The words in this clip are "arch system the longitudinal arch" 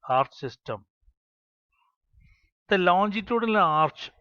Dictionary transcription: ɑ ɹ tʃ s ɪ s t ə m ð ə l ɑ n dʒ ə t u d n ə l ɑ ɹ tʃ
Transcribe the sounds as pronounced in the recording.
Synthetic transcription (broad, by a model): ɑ ɹ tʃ s ɪ s t ə m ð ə l ɑ n dʒ ə t u d n ə l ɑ ɹ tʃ